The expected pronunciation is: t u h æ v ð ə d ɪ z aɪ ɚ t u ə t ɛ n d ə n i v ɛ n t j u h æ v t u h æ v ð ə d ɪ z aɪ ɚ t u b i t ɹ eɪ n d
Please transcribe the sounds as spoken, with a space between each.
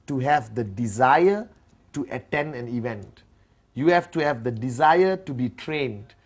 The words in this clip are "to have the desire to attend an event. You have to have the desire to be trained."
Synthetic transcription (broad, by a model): t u h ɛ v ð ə d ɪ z aɪ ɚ t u ə t ɛ n d ə n i v ɛ n t j u h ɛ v t u h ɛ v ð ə d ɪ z aɪ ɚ t u b i t ɹ eɪ n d